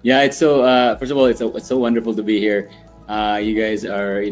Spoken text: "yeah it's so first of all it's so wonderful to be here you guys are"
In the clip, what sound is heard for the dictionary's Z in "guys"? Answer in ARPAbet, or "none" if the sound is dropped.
Z